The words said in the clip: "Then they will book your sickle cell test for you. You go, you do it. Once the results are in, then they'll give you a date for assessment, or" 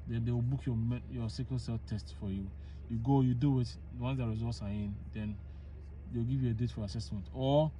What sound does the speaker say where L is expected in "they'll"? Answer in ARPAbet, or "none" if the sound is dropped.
W